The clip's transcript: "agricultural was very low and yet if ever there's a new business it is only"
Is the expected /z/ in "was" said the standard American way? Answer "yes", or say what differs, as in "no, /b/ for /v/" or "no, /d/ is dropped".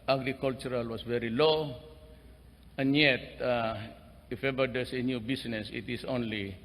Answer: no, /s/ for /z/